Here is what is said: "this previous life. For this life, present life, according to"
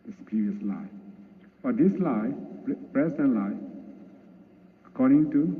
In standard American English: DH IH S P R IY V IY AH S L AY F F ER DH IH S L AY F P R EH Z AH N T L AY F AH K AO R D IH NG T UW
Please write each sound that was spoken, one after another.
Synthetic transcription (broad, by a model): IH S P R IY V IY AH S L AY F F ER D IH S L AY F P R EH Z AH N L AY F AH K AO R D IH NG T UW